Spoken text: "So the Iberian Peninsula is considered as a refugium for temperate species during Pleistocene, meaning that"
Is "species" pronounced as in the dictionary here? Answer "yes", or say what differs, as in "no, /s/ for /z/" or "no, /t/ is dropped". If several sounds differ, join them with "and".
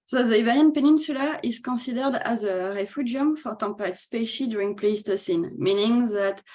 no, /z/ is dropped